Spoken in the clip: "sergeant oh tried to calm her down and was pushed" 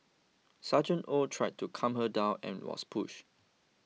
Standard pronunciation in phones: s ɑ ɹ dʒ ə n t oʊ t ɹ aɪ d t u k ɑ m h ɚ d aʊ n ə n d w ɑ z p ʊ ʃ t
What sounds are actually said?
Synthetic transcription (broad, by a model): s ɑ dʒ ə n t oʊ t ɹ aɪ d t u k ɑ m h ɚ d aʊ n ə n w ɑ s p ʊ ʃ